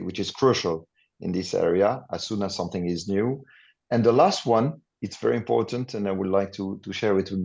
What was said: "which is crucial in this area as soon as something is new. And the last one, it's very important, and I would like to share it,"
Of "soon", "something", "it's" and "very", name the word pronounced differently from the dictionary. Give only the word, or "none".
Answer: none